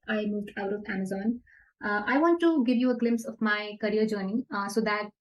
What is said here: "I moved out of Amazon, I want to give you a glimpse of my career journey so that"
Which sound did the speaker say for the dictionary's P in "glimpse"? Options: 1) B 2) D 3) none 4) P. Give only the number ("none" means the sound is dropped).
4